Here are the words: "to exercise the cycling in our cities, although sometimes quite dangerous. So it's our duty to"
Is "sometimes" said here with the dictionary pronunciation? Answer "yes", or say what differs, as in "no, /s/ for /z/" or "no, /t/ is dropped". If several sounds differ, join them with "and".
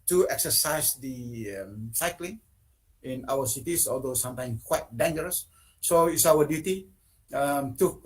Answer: no, /z/ is dropped